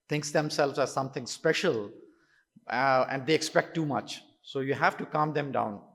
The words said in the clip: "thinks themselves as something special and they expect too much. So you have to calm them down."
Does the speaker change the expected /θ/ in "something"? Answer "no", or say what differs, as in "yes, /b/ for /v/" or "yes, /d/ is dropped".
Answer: yes, /t/ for /θ/